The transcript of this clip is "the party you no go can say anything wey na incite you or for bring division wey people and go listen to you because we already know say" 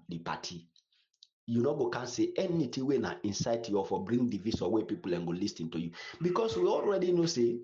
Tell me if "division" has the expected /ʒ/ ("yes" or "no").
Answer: no